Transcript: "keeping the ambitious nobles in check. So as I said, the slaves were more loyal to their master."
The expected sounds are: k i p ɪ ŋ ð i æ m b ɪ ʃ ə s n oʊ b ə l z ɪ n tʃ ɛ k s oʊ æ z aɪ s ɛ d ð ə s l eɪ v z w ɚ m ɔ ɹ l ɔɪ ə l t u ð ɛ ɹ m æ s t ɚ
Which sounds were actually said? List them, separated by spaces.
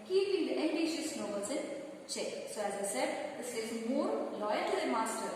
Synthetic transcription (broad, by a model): k i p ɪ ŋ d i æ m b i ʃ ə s n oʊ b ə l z ɪ n tʃ ɛ k s oʊ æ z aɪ s ɛ d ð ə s eɪ z m ɔ ɹ l ɔɪ ə l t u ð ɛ m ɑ s t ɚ